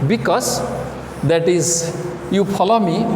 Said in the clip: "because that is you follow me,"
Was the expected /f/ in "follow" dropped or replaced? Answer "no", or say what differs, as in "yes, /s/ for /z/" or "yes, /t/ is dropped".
yes, /p/ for /f/